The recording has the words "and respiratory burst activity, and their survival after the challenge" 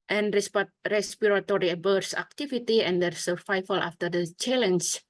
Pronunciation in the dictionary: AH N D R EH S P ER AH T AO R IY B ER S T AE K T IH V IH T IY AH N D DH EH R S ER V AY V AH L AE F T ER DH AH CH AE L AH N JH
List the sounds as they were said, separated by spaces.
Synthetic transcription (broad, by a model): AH N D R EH S P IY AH T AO R IY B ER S AE K T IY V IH T IY AH N D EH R S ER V AY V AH L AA F T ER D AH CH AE L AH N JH